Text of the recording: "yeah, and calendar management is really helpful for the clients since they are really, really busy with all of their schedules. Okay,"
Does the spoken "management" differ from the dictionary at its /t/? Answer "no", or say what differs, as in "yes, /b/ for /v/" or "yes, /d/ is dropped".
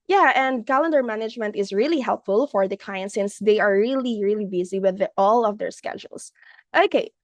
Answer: no